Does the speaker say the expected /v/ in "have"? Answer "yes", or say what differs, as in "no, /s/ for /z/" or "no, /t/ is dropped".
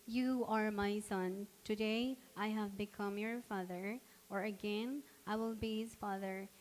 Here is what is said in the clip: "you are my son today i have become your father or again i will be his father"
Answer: yes